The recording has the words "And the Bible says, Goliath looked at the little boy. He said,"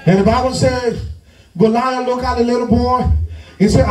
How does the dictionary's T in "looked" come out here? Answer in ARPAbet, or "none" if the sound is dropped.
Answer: none